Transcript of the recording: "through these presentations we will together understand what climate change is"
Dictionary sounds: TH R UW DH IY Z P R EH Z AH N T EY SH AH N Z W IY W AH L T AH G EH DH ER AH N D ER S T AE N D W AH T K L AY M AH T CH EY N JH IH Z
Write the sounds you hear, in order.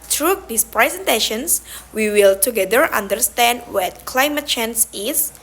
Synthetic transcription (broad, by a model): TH R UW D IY S P R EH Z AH N T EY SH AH N S W IY W AH L T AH G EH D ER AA N D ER S T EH N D W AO T K L AY M AH T CH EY N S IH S